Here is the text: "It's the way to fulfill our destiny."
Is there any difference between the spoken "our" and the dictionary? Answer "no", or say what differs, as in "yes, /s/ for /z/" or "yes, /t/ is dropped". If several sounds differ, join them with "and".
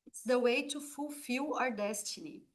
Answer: no